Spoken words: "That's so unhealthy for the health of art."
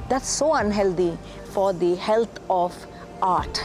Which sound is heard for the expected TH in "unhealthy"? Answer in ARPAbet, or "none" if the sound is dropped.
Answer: T